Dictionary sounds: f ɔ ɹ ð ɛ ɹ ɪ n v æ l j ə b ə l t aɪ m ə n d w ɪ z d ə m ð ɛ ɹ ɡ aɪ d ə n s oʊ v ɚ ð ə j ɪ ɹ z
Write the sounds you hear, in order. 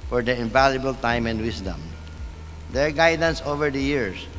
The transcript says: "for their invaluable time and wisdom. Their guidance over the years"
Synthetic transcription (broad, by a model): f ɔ ɹ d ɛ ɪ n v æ l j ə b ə l t aɪ m ə n d w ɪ s d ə m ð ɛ ɹ ɡ aɪ d ə n s oʊ v ɚ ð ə j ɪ ɹ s